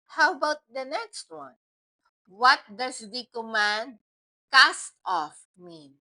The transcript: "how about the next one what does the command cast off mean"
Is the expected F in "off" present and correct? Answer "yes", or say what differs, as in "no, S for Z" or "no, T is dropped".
yes